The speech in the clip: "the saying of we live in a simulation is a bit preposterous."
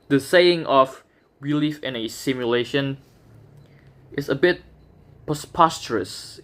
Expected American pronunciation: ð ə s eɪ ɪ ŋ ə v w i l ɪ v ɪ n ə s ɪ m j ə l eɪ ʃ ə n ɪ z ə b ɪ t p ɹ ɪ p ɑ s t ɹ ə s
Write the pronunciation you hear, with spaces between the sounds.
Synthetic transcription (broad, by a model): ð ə s eɪ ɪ ŋ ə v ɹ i l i f ɪ n ə s ɪ m j ə l eɪ ʃ ə n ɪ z ə b ɪ t p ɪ p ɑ s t ɹ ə s